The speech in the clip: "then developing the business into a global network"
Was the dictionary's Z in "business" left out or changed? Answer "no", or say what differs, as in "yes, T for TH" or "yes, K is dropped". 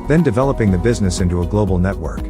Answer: no